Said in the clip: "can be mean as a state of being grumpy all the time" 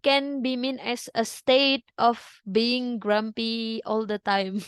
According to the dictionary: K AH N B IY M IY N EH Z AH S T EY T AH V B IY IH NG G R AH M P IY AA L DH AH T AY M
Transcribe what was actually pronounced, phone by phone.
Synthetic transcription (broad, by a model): K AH N B IY M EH N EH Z AH S T EY T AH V B IY IH NG G R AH M P IY AA L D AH T AY M